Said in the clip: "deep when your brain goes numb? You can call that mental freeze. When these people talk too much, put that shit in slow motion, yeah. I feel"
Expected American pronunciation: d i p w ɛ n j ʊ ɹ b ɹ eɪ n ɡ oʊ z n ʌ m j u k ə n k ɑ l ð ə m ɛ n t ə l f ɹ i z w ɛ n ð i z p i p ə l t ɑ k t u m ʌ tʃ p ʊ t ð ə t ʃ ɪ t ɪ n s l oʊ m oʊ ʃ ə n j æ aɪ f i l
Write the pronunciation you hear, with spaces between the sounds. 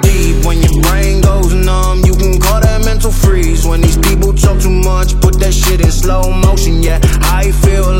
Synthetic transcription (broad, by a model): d i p w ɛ n j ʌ ɹ b ɹ eɪ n ɡ oʊ z n ʌ m j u k ə n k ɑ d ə m ɛ n t l f ɹ i z w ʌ n ð i z p i p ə l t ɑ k t u m ʌ tʃ p ʊ t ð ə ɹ ʃ ɪ t ɪ n s l oʊ m oʊ ʃ ə n j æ aɪ f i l